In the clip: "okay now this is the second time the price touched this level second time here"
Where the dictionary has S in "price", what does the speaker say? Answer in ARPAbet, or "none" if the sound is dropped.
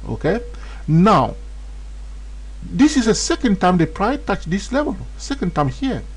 none